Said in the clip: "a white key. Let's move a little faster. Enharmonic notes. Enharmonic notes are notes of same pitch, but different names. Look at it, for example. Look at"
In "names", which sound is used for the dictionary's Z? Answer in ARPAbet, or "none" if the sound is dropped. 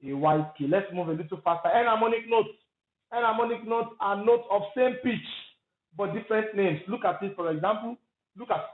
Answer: S